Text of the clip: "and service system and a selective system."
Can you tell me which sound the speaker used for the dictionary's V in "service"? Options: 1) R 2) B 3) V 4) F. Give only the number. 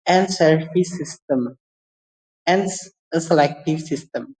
4